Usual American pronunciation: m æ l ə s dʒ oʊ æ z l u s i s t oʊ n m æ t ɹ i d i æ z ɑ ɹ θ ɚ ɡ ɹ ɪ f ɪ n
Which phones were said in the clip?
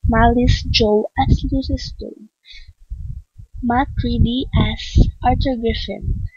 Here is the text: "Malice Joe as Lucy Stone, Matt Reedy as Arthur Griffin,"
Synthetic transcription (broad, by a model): m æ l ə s dʒ oʊ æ s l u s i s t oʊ m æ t ɹ i d i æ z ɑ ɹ t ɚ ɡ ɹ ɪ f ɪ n